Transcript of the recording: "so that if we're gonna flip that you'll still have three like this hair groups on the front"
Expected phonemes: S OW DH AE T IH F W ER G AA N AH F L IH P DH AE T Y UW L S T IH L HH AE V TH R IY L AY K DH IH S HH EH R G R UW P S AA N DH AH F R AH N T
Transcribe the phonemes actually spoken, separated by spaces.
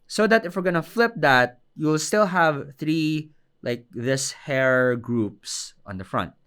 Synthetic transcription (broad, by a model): S OW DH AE T IH F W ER G AA N AH F L IH P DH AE T Y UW L S T IH L HH AE V TH R IY L AY K DH IH S HH EH R G R UW P S AA N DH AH F R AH N T